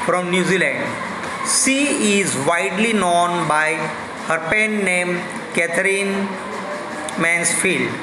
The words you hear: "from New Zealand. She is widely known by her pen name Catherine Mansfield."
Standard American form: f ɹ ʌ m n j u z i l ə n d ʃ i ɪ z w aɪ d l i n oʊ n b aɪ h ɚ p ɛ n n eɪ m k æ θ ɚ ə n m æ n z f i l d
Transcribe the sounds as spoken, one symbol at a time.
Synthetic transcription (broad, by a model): f ɹ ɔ m n j u z i l ə n d s i ɪ z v aɪ d l i n oʊ n b aɪ h ɚ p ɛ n n eɪ m k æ t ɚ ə n m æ n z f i l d